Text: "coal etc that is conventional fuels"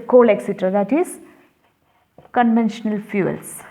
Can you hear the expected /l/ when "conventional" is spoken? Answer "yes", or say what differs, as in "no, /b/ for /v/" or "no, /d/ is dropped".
yes